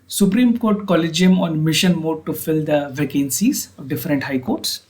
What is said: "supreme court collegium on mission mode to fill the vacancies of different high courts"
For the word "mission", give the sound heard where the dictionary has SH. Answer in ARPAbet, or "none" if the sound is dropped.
SH